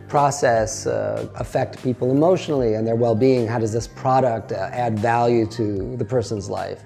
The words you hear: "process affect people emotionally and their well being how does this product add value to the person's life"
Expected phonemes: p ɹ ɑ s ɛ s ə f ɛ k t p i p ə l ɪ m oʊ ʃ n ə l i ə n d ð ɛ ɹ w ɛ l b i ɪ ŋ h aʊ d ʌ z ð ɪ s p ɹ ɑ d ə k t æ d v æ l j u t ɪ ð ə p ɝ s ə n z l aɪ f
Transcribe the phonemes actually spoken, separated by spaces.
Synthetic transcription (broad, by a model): p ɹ ɑ s ɛ s ə f ɛ k t p i p l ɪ m oʊ ʃ n l i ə n ð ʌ ɹ w ɛ l b i ɪ ŋ h aʊ d ʌ z ð ɪ s p ɹ ɑ d ə k t æ d v æ l j u t ɪ ð ə p ɝ s ə n z l aɪ f